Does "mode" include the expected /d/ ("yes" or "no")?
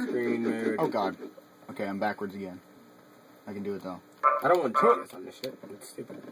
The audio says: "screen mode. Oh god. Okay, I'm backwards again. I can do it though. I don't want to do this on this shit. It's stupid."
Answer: no